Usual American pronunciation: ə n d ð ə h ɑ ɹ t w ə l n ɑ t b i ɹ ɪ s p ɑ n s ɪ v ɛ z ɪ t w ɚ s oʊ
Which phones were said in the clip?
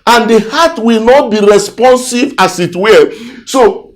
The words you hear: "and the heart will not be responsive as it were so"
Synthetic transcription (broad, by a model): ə n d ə h ɑ t w ə l n ɑ t b i ɹ ɪ s p ɑ n s ɪ v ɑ s ɪ t w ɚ s oʊ